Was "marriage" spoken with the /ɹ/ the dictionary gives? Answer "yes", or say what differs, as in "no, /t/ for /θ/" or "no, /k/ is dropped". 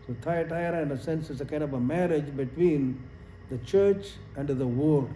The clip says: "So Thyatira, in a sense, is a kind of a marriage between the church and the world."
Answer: yes